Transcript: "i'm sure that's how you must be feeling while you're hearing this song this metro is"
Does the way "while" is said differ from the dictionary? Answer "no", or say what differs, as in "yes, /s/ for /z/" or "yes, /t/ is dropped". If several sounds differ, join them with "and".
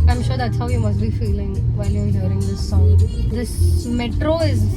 yes, /n/ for /l/